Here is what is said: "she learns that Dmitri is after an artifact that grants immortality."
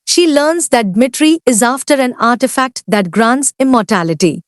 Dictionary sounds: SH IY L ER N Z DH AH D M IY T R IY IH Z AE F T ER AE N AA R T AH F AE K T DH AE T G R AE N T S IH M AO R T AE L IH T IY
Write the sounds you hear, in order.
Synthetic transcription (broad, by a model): SH IY L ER N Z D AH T M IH T R IY IH Z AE F T ER AE N AA R T AH F AE K T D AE T G R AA N T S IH M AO R T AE L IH T IY